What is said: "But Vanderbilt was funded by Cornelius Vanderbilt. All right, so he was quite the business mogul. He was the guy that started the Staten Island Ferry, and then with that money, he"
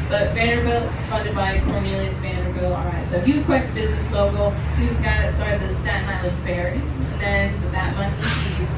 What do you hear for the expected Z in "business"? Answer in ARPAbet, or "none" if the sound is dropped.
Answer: Z